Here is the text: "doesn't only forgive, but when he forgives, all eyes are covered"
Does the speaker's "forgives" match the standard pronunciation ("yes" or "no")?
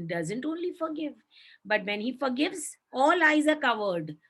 yes